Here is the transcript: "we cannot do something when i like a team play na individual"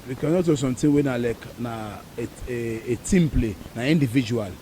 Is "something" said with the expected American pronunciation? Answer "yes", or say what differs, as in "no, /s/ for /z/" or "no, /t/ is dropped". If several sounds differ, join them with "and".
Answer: no, /t/ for /θ/